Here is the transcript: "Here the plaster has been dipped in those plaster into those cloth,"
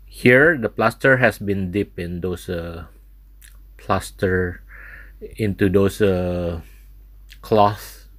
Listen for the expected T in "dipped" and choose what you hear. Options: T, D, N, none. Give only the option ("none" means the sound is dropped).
none